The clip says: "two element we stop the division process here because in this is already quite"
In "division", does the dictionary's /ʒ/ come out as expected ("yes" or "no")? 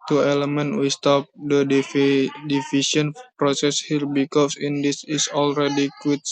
no